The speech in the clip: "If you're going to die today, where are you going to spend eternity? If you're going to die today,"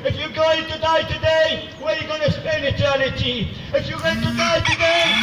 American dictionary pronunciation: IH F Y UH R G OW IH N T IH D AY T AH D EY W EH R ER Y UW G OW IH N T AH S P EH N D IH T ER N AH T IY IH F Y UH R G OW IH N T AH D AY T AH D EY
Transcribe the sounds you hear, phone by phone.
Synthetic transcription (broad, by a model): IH F Y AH G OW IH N T IH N AY T AH D EY W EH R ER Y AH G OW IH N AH S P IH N IH T ER N AH T IY IH F Y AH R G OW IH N T AH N AY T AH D EY